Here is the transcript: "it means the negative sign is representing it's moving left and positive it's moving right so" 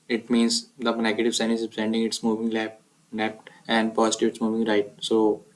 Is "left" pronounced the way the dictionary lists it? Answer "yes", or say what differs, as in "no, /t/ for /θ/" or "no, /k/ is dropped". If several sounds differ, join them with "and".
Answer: no, /p/ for /f/